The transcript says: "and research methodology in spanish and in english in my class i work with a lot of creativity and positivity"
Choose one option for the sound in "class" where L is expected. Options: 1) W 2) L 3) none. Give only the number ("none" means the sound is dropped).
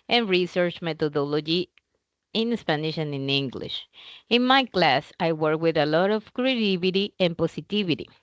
2